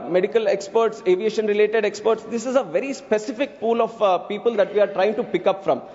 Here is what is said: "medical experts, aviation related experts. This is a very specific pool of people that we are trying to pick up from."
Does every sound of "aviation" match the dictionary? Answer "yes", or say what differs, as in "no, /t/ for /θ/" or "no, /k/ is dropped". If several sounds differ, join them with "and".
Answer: yes